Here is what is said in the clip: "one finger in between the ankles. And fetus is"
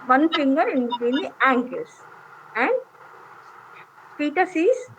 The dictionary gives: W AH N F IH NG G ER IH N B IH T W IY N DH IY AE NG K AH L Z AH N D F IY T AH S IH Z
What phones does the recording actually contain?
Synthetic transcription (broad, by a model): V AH N F IH NG G ER IH N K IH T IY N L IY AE NG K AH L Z AH N D P IY T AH S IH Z